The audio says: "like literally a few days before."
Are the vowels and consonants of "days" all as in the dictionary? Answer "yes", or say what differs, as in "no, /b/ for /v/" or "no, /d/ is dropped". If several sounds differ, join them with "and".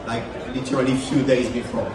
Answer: yes